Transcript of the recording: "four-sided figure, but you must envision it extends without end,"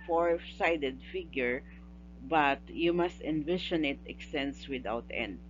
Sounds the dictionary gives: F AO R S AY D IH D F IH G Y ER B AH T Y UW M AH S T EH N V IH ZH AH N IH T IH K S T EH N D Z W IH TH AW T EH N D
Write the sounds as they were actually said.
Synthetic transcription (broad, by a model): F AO R S AY D IH D F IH G Y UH B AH T Y UW M AH S T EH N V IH SH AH N IH T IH K S T EH N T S W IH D AW T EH N D